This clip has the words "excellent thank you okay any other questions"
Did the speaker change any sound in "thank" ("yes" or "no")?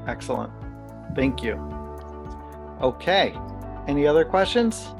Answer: no